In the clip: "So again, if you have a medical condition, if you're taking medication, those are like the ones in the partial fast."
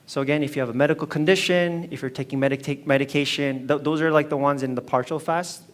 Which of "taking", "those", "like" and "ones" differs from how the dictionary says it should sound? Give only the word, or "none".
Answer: none